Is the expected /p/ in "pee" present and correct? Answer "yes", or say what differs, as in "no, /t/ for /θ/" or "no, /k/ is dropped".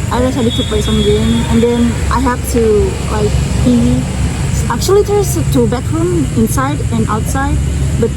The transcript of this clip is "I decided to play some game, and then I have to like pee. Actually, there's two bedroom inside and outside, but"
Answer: no, /b/ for /p/